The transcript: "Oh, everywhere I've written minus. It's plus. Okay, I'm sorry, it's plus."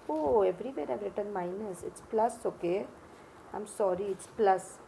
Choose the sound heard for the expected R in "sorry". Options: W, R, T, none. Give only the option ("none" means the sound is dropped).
R